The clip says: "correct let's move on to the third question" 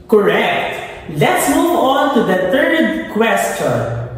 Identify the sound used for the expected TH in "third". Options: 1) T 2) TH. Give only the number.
1